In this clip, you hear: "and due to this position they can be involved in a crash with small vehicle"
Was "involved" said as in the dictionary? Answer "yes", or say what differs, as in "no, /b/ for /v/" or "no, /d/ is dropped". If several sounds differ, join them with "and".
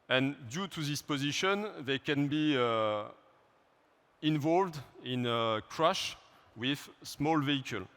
yes